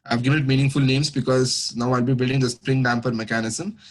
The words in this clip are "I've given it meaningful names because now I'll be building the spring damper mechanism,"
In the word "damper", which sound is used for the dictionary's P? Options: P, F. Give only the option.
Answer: F